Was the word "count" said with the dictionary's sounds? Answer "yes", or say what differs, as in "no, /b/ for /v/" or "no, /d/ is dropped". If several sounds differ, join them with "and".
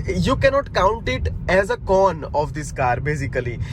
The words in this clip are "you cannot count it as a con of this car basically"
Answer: yes